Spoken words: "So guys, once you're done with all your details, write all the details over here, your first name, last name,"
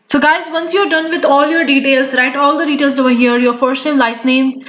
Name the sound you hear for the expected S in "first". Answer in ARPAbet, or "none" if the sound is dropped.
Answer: none